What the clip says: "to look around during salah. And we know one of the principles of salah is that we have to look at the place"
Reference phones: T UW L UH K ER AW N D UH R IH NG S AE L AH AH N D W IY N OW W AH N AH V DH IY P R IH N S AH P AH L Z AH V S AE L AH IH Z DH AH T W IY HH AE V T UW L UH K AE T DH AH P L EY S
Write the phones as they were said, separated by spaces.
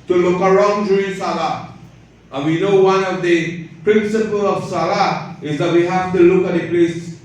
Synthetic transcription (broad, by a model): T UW L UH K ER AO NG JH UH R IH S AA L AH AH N W IY N OW W AH N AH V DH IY P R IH N S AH P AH L AH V S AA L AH IH Z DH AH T W IY HH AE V T UW L UH K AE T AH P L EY S